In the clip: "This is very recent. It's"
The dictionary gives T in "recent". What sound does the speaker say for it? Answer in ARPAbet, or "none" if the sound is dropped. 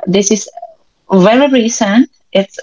T